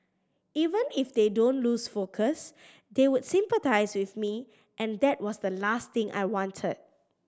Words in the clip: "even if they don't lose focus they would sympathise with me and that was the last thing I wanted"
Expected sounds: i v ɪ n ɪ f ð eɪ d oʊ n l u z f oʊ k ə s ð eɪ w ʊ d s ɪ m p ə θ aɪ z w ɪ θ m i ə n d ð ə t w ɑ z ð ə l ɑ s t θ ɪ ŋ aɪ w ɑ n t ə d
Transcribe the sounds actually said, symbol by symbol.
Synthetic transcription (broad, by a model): i v ɪ n ɪ f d eɪ d oʊ n l u s f oʊ k ə s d eɪ w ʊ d s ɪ m p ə t aɪ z w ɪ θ m i ə n d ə t w ɑ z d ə l ɑ s t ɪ ŋ aɪ w ɑ n t ə d